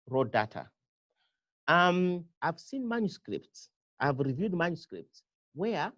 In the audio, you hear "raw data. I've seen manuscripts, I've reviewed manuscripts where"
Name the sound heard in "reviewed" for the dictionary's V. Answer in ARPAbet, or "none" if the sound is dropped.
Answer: V